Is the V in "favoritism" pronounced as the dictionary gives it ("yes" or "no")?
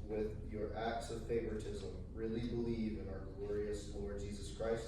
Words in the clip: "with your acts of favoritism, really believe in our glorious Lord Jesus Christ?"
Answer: yes